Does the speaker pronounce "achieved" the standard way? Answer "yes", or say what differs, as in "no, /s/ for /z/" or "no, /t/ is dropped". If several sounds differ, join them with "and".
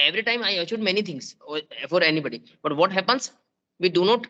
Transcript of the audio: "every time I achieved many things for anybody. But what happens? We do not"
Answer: no, /v/ is dropped